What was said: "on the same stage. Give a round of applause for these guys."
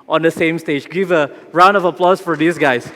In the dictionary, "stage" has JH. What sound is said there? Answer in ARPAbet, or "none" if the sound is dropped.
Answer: JH